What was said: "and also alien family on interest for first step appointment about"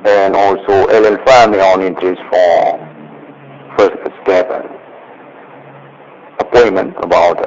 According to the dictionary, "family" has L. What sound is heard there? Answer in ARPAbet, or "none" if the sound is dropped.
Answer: none